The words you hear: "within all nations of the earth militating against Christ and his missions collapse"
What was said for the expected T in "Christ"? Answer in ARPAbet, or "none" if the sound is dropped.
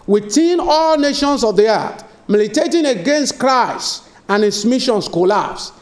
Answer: none